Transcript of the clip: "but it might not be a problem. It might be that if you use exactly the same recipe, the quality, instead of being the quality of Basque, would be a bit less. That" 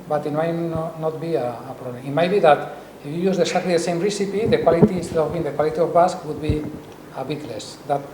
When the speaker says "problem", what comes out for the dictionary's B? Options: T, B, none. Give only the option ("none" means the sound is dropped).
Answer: none